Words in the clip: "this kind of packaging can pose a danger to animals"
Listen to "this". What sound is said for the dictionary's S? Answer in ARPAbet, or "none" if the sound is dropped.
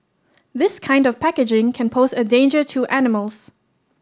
S